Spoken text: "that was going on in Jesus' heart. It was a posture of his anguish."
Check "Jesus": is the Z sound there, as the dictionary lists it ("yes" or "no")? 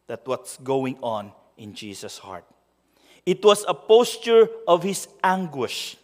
no